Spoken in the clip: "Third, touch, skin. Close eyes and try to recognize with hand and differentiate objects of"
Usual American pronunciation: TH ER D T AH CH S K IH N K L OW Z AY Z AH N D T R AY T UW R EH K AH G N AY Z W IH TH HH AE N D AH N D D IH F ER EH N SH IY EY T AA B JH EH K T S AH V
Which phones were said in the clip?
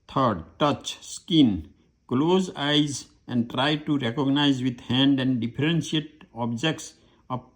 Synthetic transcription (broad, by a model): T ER D T AH CH S K IH N K L OW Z AY Z AH N D T R AY T UW R EH K AH G N AY Z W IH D HH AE N D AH N D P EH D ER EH N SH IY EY T AA B JH EH K T S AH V